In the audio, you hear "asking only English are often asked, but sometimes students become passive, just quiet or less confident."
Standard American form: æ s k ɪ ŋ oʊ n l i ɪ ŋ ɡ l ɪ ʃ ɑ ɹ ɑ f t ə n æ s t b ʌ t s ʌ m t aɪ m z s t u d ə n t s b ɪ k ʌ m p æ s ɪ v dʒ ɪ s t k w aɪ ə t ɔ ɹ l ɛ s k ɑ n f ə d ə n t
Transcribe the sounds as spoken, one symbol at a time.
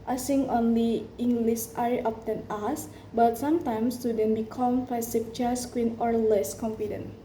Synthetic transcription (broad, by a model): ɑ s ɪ ŋ oʊ n l i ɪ ŋ ɡ l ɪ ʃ ɑ ɹ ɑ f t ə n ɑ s b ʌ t s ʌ m t aɪ m s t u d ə n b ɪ k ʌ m f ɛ s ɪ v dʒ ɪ s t k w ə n ɔ ɹ l ɛ s k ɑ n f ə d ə n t